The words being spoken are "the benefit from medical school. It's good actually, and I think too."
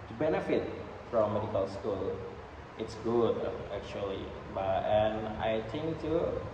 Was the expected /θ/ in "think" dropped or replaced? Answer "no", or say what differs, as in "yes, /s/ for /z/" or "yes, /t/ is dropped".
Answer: yes, /t/ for /θ/